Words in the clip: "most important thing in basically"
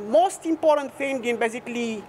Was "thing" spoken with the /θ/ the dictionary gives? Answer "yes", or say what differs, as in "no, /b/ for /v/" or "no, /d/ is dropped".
no, /f/ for /θ/